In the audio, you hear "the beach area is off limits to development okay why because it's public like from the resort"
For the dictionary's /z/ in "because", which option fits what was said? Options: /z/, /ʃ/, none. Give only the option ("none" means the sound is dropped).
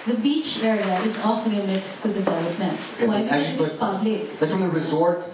none